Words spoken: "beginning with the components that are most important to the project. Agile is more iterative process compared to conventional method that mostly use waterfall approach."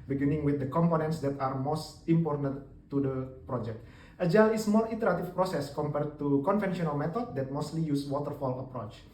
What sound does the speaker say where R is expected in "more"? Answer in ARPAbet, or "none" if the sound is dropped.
L